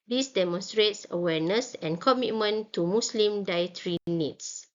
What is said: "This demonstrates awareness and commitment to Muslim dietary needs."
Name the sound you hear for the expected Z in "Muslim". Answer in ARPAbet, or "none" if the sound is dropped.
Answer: S